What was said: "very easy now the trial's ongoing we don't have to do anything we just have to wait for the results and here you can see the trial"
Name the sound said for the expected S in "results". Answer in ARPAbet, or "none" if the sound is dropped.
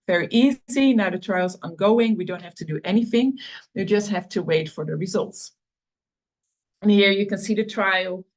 S